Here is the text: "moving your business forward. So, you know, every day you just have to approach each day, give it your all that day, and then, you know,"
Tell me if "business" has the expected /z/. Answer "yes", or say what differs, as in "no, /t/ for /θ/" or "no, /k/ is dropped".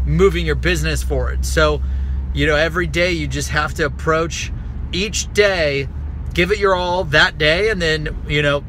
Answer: yes